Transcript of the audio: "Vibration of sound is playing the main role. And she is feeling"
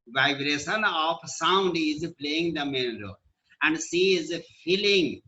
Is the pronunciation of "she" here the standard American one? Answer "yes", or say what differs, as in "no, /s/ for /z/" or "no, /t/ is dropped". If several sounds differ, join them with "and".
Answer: no, /s/ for /ʃ/